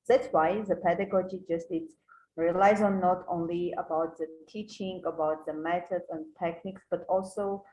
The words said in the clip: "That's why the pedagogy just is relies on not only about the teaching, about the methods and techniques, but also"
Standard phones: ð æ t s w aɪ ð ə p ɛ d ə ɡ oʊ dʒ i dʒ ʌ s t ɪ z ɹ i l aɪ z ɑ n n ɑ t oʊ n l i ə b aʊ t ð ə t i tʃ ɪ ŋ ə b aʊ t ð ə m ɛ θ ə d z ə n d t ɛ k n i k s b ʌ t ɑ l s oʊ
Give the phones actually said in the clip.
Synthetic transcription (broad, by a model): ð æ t s w aɪ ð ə p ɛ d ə ɡ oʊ dʒ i dʒ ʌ s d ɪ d ɹ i l aɪ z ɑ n n ɑ t oʊ n l i ə b aʊ t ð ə t i tʃ ɪ ŋ ə b aʊ t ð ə m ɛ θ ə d ə n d t ɛ k n i k s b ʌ t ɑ l s oʊ